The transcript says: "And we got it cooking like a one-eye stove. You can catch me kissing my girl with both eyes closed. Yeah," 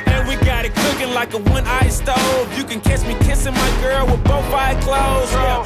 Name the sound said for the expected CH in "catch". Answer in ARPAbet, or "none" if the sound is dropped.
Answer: S